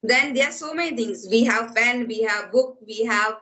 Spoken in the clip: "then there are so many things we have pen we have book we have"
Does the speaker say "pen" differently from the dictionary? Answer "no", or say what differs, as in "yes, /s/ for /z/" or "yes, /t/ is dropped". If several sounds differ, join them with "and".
yes, /f/ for /p/